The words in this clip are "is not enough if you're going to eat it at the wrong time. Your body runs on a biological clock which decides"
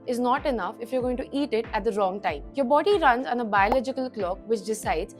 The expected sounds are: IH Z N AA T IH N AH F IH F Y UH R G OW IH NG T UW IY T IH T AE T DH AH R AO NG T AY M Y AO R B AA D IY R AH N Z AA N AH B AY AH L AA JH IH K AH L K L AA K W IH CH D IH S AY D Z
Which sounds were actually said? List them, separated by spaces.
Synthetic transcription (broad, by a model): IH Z N AA T IH N AH F IH F Y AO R G OW IH NG T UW IY T IH T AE T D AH R AO NG T AY M Y AO R B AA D IY R AH N Z AA N AH B AY AH L AA JH IH K AH L K L AA K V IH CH D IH S AY D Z